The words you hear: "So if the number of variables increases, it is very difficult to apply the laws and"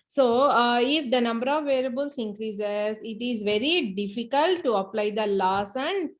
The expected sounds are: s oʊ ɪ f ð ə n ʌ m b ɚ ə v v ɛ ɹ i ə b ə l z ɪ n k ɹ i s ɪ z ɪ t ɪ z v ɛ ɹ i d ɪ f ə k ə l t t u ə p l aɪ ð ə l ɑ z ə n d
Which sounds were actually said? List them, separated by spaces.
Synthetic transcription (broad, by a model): s oʊ ɪ f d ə n ʌ m b ɚ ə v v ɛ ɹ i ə b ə l s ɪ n k ɹ i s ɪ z ɪ t ɪ z v ɛ ɹ i d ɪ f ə k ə l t t u ə p l aɪ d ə l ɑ s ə n d